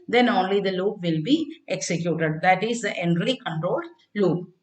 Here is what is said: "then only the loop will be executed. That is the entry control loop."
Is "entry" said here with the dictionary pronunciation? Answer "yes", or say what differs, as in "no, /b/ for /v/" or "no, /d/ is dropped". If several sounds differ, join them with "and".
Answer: no, /l/ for /ɹ/